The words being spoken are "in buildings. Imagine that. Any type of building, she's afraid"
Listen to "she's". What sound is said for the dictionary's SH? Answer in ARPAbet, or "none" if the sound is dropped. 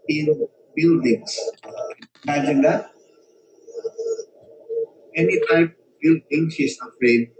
S